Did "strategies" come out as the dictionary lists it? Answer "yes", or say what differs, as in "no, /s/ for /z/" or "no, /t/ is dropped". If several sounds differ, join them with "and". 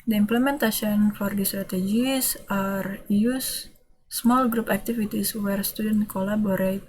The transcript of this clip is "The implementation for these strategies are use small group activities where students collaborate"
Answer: no, /s/ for /z/